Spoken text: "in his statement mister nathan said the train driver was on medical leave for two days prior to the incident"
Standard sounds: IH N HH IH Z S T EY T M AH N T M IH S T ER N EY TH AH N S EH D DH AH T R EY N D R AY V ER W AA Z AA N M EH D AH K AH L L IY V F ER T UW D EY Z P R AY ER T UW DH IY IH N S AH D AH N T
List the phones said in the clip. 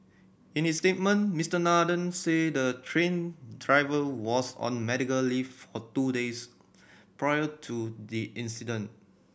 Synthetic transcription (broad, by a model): IH N HH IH S T EY T M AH N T M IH S T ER N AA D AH N S EH D AH T R EY N D R AY V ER W AA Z AA N M EH D AH K AH L L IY F F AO T UW D EY S P R AY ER T UW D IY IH N S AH D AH N T